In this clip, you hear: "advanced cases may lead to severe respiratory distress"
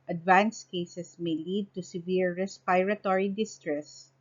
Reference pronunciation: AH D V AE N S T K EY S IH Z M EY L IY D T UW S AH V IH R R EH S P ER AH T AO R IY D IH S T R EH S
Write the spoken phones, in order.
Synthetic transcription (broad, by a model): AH D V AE N S K EY S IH S M EY L IY D T UW S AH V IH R R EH S P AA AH T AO R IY D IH S T R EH S